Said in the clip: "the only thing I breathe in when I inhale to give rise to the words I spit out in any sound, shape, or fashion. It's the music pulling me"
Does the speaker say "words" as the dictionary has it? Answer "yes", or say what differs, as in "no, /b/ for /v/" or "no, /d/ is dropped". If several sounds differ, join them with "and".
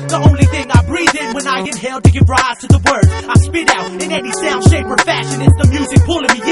no, /z/ is dropped